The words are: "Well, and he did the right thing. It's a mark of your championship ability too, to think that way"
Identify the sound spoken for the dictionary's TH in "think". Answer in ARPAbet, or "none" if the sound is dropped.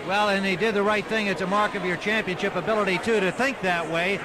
TH